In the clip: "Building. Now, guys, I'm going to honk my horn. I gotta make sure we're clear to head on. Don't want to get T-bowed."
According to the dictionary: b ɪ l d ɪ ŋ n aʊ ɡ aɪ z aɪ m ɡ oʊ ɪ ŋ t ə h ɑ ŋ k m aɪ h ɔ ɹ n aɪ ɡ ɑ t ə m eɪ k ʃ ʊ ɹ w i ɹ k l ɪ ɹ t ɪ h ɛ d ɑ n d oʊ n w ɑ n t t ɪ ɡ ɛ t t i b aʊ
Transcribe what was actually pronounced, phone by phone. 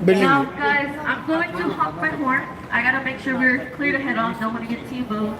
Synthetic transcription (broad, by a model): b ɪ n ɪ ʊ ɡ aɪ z aɪ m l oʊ ɪ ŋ t ə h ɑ k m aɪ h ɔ ɹ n aɪ ɡ ɑ t ə m eɪ k ʃ ʊ ɹ w i ɹ k l ɪ ɹ t ɪ h ɛ d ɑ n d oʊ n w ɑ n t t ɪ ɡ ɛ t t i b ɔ